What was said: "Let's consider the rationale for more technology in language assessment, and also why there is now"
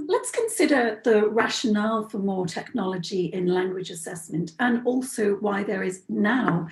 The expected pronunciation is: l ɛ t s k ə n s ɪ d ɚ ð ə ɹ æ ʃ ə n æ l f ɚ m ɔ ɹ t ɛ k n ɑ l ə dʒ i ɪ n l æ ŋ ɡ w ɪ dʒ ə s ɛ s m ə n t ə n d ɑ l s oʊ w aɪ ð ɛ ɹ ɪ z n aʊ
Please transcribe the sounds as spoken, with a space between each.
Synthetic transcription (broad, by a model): l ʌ t s k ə n s ɪ d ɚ ð ə ɹ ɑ ʃ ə n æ l f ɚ m ɔ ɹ t ɛ k n ɑ l ə dʒ i ɪ n l æ ŋ ɡ w ɪ dʒ ə s ɛ s m ə n t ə n ɑ l s oʊ w aɪ ð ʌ ɹ ɪ z n aʊ